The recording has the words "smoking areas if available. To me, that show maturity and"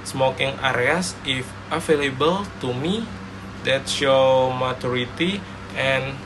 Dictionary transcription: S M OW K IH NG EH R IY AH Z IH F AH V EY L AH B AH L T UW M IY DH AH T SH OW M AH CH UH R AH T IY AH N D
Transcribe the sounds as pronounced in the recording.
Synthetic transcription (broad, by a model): S M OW K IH NG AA R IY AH S IH F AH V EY L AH B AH L T UW M IY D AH T S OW M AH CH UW R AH T IY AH N